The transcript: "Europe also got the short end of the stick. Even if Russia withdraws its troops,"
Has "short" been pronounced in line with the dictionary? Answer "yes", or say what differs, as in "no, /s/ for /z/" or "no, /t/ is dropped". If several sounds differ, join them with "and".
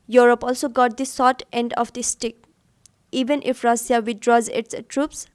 no, /s/ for /ʃ/